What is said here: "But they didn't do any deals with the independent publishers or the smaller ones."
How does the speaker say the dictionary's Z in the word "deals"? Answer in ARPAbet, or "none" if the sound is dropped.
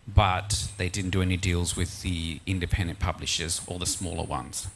Z